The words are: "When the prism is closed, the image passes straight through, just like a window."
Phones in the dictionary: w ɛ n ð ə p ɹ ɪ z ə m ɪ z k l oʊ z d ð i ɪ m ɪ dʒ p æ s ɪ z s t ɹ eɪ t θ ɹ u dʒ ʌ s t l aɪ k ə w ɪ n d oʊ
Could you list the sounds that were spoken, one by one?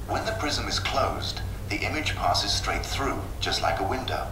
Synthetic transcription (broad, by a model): w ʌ n ð ə p ɹ ɪ z ə m ɪ z k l oʊ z ð i ɪ m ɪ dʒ p æ s ɪ z s t ɹ eɪ t θ ɹ u dʒ ʌ s t l aɪ k ə w ɪ n d oʊ